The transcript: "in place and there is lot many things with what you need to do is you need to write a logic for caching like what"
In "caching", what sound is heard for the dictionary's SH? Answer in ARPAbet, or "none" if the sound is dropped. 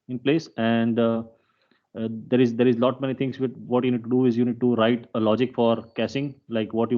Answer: S